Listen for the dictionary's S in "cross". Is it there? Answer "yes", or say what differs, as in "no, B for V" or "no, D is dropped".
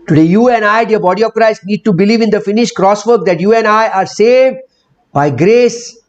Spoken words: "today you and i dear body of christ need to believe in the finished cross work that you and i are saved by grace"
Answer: yes